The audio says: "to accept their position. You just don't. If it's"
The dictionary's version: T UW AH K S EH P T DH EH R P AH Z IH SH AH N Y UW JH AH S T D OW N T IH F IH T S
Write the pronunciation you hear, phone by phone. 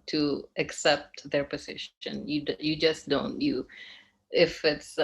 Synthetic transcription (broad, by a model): T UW AH K S EH P T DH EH R P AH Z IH SH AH N Y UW JH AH S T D OW N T IH F IH T S